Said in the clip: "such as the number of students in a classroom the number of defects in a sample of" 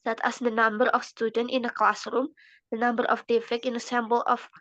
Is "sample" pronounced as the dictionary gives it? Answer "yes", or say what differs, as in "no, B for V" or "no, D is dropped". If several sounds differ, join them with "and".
no, B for P